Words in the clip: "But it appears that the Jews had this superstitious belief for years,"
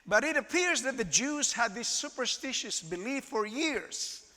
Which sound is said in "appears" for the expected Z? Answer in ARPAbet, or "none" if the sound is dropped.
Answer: Z